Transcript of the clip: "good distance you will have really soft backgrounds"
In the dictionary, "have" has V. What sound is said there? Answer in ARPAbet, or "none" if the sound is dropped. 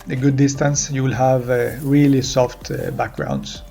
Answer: V